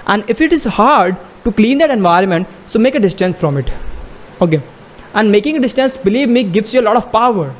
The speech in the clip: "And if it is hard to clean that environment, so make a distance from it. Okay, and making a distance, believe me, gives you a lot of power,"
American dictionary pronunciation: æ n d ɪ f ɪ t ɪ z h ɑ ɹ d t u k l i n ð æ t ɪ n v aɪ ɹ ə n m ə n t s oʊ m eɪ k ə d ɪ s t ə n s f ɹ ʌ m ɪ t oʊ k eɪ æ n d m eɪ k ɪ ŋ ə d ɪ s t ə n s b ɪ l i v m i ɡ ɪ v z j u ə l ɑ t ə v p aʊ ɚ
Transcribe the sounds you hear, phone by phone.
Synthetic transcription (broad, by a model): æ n d ɪ f ɪ t ɪ z h ɑ ɹ d t u k l i n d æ t ɪ n v aɪ ɹ ə n m ə n t s oʊ m eɪ k ə d ɪ s t ə n s f ɹ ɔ m ɪ t oʊ k eɪ æ n d m eɪ k ɪ ŋ ə d ɪ s t ə n s b ɪ l i v m i ɡ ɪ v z j u ə l ɑ t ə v p aʊ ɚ